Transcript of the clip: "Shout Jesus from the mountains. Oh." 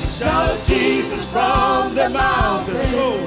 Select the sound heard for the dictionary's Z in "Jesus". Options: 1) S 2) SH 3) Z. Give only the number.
3